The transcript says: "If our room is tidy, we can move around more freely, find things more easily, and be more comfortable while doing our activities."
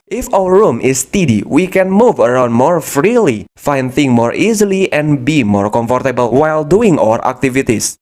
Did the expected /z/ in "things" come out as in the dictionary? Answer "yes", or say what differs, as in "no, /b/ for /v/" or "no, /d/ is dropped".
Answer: no, /z/ is dropped